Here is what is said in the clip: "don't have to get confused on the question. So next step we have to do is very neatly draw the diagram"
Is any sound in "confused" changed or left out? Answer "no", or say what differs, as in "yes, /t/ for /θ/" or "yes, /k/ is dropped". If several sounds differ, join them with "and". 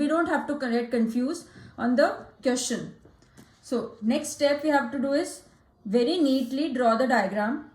yes, /d/ is dropped